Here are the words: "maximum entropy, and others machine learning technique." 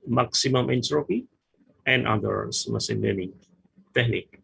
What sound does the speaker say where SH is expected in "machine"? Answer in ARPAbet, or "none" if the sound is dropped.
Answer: S